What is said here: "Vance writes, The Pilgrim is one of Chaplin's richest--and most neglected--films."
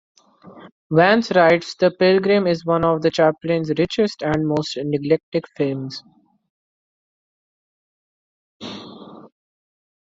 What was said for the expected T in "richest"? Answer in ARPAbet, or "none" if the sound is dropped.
T